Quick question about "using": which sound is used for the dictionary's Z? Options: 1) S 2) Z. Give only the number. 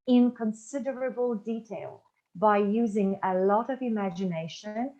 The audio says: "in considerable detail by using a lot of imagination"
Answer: 2